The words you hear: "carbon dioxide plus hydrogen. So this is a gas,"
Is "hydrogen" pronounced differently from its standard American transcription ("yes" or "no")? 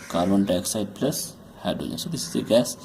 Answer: yes